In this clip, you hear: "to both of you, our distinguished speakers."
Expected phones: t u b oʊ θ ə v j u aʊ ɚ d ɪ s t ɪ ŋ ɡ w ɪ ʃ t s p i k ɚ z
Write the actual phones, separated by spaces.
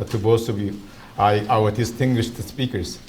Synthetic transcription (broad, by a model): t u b oʊ s ə v j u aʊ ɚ d ɪ s t ɪ ŋ ɡ w ɪ ʃ t s p i k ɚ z